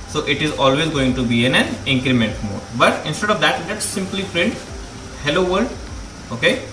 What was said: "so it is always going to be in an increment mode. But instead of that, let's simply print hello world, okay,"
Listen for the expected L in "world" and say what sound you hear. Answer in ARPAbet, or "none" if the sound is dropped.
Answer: none